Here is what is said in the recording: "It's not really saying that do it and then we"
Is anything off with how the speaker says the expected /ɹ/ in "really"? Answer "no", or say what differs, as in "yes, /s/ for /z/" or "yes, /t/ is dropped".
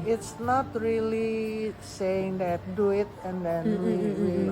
no